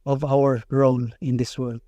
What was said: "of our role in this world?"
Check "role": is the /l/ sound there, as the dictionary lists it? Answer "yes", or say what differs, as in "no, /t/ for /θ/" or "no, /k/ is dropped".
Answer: no, /n/ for /l/